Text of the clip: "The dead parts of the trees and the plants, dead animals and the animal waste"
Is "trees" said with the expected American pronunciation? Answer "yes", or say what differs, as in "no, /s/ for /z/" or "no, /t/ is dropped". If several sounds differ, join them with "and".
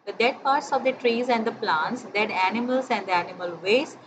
yes